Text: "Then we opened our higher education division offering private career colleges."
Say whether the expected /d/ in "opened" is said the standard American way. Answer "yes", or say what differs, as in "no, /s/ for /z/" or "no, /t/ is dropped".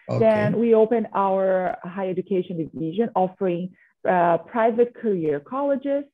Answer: no, /d/ is dropped